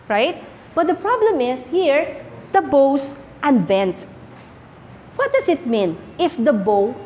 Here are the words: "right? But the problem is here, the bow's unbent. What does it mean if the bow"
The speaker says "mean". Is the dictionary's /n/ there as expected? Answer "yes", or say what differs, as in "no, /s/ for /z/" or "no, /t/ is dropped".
yes